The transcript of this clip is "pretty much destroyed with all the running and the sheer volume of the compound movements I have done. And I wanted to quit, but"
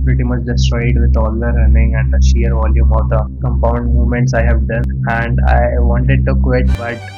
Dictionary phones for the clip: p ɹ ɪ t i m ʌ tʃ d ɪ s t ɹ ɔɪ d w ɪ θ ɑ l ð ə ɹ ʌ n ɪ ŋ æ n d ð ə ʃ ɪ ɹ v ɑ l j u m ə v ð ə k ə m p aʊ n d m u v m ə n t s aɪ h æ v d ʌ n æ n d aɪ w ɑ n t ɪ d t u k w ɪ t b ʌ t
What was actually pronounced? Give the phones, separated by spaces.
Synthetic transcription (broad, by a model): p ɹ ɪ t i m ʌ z d ɪ s t ɹ ɔɪ d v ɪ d ɑ l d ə ɹ ʌ n ɪ ŋ æ n d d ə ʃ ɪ ɹ v ɑ l j u m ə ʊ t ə k ə m p aʊ n d m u m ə n t s aɪ h æ v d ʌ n æ n d aɪ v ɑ n t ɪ d t u k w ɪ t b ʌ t